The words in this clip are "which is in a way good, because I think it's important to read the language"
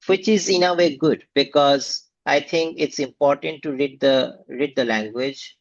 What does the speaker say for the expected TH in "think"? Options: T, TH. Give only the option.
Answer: T